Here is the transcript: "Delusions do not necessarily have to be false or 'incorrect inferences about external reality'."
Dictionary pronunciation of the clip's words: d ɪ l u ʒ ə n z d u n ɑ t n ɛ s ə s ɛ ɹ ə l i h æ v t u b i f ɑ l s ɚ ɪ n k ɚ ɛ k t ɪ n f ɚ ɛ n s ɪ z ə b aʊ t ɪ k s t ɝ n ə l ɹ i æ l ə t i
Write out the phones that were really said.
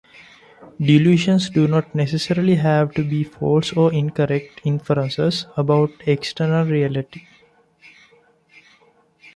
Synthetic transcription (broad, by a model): d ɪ l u ʃ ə n s d u n ɑ t n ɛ s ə s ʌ ɹ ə l i h æ v t u b i f ɑ l s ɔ ɪ n k ɚ ɛ k t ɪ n f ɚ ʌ n s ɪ s ə b aʊ t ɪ k s t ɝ n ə l ɹ i æ l ə t i